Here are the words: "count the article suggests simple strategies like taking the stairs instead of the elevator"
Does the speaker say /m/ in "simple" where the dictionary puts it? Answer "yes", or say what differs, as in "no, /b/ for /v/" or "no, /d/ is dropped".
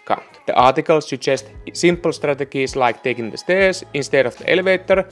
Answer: yes